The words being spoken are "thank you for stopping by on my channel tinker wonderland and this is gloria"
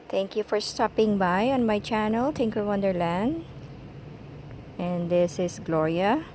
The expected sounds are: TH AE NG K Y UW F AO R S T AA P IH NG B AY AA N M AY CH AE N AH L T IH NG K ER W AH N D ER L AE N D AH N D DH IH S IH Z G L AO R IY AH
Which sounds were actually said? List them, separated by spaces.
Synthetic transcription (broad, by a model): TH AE NG K Y UW F AO R S T AA P IH NG B AY AA N M AY CH AE N AH L T IH NG K ER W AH N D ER L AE N D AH N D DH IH S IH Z G L AO R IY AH